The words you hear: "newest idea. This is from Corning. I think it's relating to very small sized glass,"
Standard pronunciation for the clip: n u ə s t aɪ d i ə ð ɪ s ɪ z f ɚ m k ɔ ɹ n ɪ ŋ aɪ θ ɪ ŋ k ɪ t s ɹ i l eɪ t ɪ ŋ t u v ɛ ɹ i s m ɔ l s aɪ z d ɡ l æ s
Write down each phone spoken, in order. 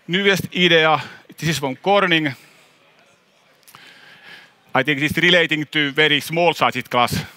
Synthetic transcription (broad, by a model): n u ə s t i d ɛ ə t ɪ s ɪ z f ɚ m k ɔ ɹ n ɪ ŋ aɪ t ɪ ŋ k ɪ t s ɹ i l eɪ t ɪ ŋ t u v ɛ ɹ i s m ɔ l s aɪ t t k l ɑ s